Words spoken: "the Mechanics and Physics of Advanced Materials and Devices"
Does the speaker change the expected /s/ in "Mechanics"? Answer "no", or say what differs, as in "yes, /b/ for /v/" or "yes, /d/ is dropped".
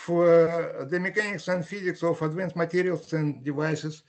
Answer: no